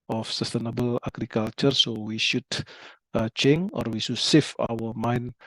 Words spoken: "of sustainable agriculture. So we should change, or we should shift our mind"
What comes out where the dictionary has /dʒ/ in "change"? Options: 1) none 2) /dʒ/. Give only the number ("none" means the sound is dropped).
1